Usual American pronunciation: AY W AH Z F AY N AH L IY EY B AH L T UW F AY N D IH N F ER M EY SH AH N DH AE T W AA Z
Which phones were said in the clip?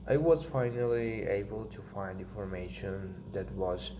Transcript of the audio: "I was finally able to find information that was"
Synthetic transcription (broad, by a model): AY W AH Z F AY N AH L IY EY B AH L T UW F AY N D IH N F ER M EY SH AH N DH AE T W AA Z